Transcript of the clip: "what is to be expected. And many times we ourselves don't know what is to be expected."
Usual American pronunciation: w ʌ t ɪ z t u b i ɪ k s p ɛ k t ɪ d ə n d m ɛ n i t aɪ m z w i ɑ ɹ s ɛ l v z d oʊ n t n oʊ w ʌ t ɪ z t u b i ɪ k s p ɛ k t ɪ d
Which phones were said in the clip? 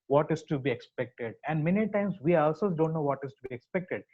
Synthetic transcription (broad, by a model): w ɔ t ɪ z t u b i ɪ k s p ɛ k t ɪ d ə n d m ɛ n i t aɪ m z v i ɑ l s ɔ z d oʊ n t n oʊ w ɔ t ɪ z t u b i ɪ k s p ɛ k t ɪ d